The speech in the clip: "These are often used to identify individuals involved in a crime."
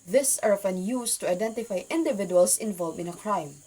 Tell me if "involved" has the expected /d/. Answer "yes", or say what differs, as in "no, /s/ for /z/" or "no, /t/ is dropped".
no, /d/ is dropped